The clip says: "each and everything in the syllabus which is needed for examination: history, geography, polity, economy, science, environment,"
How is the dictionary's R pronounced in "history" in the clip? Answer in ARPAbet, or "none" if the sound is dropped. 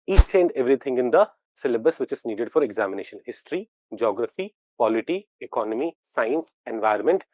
R